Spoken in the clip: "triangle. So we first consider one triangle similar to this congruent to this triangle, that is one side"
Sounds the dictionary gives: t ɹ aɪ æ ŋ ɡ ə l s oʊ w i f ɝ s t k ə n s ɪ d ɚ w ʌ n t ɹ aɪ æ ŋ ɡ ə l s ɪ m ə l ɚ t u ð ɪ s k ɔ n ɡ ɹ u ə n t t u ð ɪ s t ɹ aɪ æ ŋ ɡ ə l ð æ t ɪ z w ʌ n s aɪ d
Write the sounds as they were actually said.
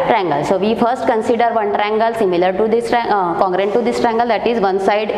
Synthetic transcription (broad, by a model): t ɹ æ ŋ ɡ ə l s oʊ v i f ɝ s t k ə n s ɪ d ɚ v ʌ n t ɹ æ ŋ ɡ ə l s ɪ m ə l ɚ t u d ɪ s k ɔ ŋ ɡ ɹ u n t t u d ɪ s t ɹ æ ŋ ɡ ə l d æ t ɪ z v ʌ n s aɪ d